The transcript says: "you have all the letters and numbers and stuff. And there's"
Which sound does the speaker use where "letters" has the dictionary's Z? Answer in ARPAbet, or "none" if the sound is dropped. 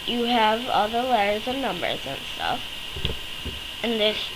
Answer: Z